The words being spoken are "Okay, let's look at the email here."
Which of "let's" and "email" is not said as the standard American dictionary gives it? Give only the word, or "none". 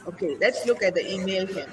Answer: none